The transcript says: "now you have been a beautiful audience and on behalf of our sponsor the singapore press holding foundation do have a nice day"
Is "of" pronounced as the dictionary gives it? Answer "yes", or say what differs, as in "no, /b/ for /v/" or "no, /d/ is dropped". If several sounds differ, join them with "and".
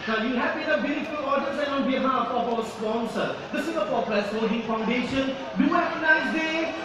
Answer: no, /p/ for /v/